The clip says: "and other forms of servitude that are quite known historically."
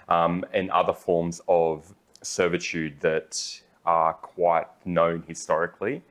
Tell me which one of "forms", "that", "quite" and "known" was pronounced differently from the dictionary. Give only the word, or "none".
none